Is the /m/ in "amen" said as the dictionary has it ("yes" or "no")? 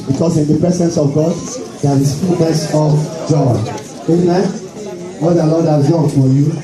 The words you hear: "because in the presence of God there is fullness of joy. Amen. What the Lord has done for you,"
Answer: no